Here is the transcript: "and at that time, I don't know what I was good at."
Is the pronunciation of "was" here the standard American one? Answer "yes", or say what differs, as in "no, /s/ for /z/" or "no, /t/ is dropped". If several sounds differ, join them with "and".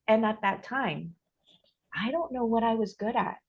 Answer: yes